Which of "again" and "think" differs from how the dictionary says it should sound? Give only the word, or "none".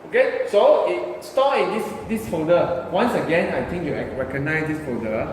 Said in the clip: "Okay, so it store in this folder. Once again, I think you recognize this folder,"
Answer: think